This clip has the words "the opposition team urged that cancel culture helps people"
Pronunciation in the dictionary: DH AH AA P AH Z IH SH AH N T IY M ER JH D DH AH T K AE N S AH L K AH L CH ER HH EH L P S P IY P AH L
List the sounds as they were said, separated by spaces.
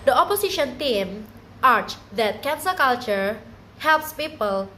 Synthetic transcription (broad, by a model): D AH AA P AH S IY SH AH N T IY M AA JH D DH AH T K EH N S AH K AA L CH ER HH EH L P S P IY P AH L